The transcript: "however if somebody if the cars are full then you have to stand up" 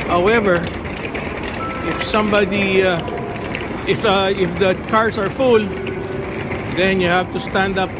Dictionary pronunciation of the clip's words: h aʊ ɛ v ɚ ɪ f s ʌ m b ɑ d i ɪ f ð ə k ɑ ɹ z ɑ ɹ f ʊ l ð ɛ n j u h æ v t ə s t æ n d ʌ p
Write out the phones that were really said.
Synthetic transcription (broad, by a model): h aʊ ɛ v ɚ ɪ f s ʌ m b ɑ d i ɪ f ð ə k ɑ ɹ s ɑ ɹ f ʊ l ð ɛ n j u h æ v t ə s t æ n d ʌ p